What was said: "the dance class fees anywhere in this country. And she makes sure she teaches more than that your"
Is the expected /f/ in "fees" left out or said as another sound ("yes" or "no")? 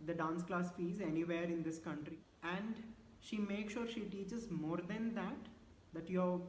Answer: no